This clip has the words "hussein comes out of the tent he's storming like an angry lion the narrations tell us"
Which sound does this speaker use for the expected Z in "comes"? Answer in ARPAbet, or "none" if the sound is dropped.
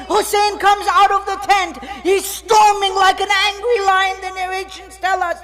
Z